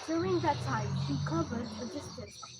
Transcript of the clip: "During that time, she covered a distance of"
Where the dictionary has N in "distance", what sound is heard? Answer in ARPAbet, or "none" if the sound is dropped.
none